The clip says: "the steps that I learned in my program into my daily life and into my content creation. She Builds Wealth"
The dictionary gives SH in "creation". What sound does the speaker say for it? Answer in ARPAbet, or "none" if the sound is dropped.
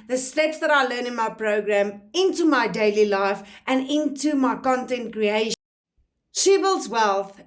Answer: none